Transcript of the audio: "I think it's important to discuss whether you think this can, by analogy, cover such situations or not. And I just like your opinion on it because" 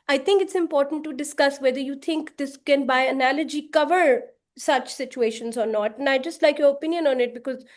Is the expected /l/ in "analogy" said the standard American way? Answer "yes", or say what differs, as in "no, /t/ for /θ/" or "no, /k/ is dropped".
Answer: yes